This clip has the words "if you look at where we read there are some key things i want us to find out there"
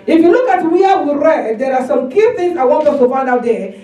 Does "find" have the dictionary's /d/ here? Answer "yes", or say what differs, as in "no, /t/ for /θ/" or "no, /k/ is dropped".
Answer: yes